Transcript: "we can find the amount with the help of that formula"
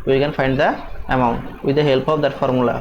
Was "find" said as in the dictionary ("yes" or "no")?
yes